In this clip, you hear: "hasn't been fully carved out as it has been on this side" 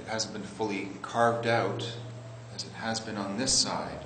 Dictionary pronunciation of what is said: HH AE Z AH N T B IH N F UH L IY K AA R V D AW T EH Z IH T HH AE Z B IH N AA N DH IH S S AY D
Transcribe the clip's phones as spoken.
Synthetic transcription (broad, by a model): HH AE Z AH N B IH N F UH L IY K AA R V D AW T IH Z IH T HH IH Z B IH N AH N DH IH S S AY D